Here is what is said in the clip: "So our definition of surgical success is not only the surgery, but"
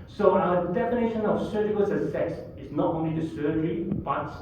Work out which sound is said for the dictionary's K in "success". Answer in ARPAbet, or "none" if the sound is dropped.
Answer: none